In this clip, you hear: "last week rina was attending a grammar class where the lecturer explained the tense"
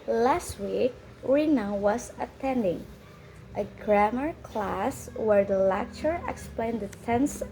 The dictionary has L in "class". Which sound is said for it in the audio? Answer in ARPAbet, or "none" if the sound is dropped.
L